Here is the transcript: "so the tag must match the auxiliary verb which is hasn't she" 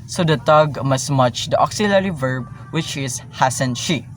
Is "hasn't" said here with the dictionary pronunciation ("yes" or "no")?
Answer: no